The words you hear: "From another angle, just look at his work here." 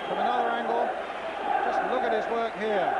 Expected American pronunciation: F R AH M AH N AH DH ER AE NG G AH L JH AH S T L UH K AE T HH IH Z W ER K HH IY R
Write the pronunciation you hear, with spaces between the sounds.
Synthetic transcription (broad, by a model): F R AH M AH N AH DH ER AE NG G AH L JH AH S T L UH K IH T HH IH Z W ER K HH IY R